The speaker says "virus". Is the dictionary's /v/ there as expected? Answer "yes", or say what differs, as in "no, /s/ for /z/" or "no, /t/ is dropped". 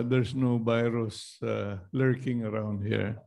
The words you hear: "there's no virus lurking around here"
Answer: no, /b/ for /v/